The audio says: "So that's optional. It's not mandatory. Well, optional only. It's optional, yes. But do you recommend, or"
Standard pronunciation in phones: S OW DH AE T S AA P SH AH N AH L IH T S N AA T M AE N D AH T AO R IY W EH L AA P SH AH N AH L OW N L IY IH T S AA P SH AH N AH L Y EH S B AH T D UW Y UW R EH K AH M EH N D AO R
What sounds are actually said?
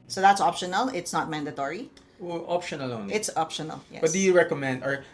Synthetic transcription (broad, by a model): S OW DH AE T S AA P SH AH N AH L IH T S N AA T M AE N D AH T AO R IY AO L AA P SH AH N AH L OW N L IH T S AA P SH AH N AH L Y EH B AH T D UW Y UW R EH K AH M EH N D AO R